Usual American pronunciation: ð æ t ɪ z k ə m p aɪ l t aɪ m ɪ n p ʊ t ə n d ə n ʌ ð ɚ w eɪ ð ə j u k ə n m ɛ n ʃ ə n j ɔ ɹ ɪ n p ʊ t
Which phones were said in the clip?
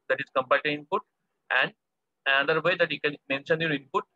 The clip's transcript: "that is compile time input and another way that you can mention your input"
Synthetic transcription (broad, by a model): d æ t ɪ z k ə m p aɪ l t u ɪ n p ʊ t ə n d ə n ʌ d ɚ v eɪ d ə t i k ə n m ɛ n ʃ ə n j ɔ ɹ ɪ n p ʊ t